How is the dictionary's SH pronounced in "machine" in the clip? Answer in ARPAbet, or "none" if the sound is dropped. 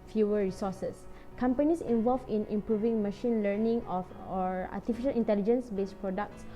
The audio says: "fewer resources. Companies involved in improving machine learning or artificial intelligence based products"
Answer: SH